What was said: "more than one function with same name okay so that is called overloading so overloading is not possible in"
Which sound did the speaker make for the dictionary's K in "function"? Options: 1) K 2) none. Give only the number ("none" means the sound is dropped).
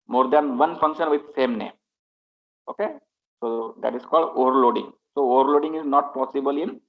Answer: 1